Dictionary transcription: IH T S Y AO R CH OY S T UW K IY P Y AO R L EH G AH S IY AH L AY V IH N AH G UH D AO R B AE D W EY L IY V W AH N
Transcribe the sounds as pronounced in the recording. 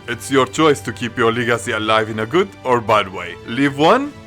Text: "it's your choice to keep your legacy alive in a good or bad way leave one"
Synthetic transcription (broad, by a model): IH T S Y AO R CH OY S T UW K IY P Y AO R L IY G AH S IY AH L AY V IH N AH G UH D AO R B AE D W EY L IY V W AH N